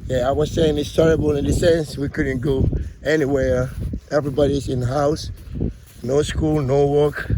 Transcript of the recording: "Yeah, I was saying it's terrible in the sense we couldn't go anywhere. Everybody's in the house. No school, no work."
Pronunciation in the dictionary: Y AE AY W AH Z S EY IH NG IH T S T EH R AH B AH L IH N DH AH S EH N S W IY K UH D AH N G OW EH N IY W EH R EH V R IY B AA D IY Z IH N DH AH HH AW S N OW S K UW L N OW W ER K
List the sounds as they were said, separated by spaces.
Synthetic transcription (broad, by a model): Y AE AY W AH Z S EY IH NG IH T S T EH R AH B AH L IH N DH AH S EH N S W IY K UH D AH N G OW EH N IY W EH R EH V R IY B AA D IY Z IH N HH AW S N OW S K UW L N OW W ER K